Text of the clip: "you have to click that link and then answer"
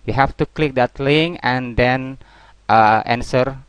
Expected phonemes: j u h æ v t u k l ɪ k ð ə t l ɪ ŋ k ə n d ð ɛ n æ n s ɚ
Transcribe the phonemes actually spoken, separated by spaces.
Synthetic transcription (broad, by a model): j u h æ f t u k l ɪ k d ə t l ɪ ŋ ə n d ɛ n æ n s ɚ